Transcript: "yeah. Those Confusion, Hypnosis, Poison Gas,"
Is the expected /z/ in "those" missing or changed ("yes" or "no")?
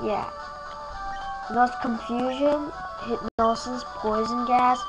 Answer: yes